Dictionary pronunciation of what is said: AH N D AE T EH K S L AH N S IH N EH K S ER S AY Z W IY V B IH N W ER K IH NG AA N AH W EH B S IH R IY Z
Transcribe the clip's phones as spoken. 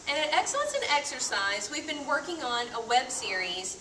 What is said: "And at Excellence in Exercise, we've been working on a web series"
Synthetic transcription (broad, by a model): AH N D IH T EH K S L AH N S IH N EH K S ER S AY Z W IY V B IH N W ER K IH NG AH N AH W EH B S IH R IY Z